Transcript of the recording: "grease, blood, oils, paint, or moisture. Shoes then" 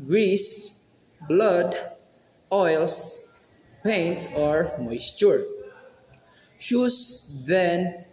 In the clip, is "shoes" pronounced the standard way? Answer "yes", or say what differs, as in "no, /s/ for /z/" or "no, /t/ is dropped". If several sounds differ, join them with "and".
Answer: no, /s/ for /z/